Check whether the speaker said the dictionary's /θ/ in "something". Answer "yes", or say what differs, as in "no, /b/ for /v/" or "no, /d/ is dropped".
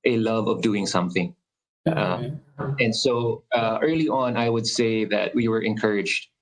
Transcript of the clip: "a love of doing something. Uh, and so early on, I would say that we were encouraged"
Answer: yes